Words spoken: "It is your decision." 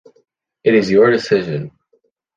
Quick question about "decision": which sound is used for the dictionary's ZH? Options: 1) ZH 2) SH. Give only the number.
1